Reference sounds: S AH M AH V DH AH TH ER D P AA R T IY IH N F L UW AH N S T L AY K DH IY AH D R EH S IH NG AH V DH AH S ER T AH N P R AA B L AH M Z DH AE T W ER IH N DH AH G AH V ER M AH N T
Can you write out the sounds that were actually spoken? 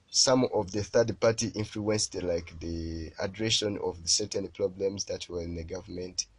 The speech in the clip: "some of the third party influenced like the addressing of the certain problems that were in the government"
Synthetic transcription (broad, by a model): S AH M AH V DH AH TH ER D P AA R T IY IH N F L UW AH N S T L AY K DH IY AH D R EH SH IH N AH V DH AH S ER T AH N P R AA B L AH M Z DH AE T W ER IH N DH AH G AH V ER M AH N T